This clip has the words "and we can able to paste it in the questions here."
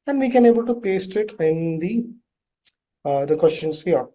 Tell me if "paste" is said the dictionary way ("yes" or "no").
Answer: yes